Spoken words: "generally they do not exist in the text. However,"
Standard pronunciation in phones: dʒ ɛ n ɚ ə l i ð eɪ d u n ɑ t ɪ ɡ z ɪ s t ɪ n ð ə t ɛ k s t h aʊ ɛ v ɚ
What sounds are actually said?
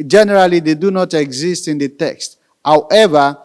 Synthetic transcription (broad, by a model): dʒ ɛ n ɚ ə l i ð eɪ d u n ɑ t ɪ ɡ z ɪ s t ɪ n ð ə t ɛ k s t h aʊ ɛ v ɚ